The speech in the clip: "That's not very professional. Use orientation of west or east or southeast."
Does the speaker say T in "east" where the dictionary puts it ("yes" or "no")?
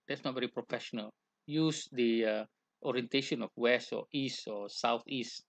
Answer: yes